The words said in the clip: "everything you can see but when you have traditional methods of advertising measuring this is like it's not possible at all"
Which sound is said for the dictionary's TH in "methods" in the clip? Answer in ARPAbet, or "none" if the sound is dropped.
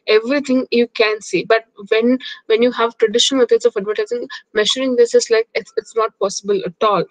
S